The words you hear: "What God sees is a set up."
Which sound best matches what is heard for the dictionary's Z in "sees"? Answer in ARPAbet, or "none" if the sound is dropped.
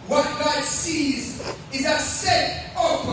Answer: Z